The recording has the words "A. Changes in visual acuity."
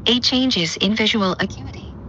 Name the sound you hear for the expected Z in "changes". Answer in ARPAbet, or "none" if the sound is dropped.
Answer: Z